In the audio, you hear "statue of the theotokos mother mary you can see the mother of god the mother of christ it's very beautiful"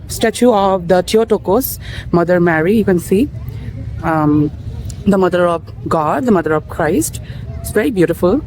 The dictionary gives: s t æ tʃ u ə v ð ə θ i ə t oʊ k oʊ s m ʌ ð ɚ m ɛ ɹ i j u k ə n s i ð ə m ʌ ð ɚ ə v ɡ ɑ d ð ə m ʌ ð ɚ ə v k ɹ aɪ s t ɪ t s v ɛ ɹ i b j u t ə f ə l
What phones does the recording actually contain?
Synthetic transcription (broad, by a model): s t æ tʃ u ə v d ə t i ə t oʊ k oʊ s m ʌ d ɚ m ɛ ɹ i j u k ə n s i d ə m ʌ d ɚ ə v ɡ ɑ d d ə m ʌ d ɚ ə v k ɹ aɪ s t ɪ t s v ɛ ɹ i b j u t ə f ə l